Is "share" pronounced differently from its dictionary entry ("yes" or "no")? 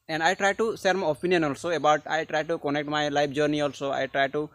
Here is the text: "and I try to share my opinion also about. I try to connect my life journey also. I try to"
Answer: yes